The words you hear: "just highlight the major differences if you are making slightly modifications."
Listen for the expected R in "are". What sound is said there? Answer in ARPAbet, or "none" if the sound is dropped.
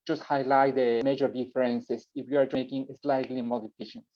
R